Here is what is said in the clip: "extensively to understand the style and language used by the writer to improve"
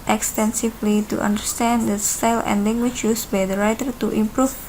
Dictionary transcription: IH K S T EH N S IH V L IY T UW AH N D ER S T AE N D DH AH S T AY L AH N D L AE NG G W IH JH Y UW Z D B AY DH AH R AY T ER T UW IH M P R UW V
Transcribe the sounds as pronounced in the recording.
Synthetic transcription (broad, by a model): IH K S T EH N S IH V L IY T UW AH N D ER S T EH N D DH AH S T AY L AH N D L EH NG G W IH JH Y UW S B AY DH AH R AY T ER T UW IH M P R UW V